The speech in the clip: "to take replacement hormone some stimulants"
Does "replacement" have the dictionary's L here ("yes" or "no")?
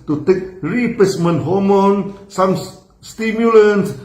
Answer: no